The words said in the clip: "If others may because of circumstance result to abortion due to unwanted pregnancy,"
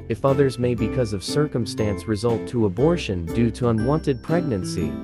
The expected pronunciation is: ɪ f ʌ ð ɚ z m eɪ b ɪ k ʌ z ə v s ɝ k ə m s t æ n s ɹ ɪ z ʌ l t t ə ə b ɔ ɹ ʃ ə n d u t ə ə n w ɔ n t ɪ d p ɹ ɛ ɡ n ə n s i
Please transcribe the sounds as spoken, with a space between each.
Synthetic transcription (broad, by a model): ɪ f ʌ ð ɚ z m eɪ b ɪ k ʌ z ə v s ɝ k ə m s t æ n s ɹ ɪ z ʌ l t t ə ə b ɔ ɹ ʃ ə n d u t ə ə n w ɔ n t ɪ d p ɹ ɛ ɡ n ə n s i